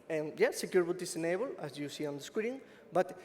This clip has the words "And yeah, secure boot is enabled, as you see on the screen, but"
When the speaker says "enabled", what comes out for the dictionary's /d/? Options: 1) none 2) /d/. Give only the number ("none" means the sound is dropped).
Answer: 1